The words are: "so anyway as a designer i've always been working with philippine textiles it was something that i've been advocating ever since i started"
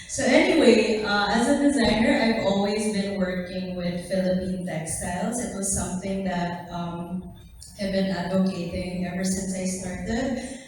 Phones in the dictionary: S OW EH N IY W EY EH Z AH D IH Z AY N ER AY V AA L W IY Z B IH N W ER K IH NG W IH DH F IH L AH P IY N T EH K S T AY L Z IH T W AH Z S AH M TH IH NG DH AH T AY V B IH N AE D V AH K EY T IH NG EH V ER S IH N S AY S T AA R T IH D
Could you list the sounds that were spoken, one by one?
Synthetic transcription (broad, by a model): S OW EH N IY W EY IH Z AH D IH Z AY N ER AY V AA L W IY Z B IH N W ER K IH NG W IH DH F IH L AH P IY N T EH K S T AY L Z IH T W AH Z S AH M TH IH NG DH AH T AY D B IH N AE D V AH K EY T IH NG EH V ER S IH N S AY S T AA R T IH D